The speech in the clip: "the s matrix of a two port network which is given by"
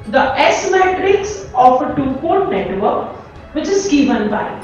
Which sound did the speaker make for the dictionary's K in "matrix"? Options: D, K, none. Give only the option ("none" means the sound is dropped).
K